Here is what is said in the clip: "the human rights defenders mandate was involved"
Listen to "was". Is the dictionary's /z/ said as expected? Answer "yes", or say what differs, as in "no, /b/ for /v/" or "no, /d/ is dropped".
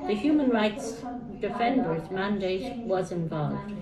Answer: yes